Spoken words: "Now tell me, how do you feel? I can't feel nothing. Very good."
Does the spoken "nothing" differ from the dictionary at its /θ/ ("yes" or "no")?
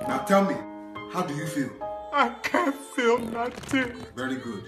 yes